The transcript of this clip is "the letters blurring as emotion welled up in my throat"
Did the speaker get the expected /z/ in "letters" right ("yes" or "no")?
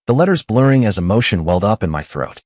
yes